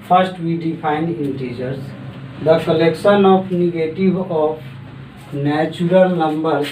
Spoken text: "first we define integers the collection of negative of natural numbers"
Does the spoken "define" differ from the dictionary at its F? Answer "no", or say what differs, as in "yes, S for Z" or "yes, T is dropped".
yes, P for F